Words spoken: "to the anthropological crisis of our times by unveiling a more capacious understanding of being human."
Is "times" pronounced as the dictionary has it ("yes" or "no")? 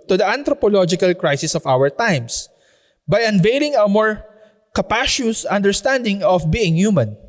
no